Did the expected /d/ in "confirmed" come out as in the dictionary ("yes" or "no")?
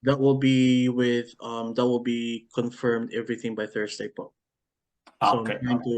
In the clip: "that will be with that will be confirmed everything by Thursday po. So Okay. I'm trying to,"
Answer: yes